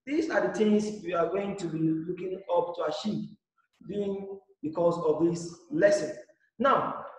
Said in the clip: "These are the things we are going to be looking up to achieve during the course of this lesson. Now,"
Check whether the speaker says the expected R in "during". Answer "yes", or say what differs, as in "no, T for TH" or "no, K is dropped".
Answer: no, R is dropped